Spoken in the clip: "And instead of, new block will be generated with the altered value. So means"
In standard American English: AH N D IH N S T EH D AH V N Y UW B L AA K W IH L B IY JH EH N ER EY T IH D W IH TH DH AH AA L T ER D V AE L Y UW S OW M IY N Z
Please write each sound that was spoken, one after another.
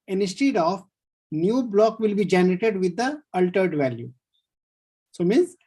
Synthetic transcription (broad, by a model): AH N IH S T EH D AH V N Y UW B L AA K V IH L B IY JH EH N ER EY T IH D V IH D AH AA L T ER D V AE L Y UW S OW M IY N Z